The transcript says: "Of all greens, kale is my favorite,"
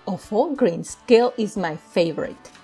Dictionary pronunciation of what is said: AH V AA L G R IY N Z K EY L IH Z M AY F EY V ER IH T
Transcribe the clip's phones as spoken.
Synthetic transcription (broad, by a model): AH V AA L G R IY N S K EY L IH Z M AY F EY V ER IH T